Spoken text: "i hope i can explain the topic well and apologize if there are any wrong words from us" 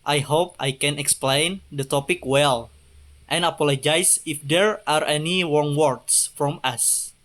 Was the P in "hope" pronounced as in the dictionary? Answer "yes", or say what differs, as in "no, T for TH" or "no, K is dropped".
yes